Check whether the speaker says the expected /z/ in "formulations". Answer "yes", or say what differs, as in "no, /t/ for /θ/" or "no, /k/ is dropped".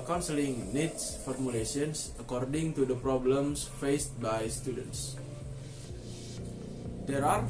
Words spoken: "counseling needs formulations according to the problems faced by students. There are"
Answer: no, /s/ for /z/